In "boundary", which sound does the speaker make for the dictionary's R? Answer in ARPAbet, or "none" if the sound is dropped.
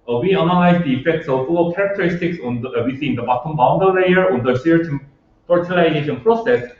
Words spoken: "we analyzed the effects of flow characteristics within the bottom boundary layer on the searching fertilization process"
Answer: none